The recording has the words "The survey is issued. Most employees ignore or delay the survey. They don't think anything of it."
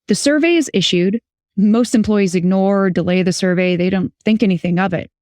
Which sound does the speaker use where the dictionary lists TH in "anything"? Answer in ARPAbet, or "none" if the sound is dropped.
TH